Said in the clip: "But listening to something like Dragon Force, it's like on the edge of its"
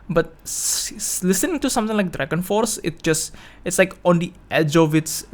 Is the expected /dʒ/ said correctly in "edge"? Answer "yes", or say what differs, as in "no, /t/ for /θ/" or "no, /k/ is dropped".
yes